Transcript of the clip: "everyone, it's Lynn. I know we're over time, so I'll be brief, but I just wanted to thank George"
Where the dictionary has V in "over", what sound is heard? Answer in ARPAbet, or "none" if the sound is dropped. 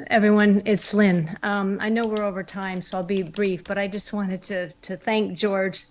V